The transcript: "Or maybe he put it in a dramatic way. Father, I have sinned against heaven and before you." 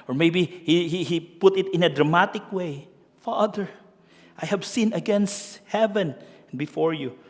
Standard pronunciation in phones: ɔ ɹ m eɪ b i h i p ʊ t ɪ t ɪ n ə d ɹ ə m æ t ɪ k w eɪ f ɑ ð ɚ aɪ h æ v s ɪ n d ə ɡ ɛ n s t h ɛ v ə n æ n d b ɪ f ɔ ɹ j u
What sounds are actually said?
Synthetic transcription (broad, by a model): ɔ ɹ m eɪ b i h i p ʊ t ɪ t ɪ n ə d ɹ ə m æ t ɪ k w eɪ f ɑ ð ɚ aɪ h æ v s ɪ n ə ɡ ɛ n s t h ɛ v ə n n b ɪ f ɔ ɹ j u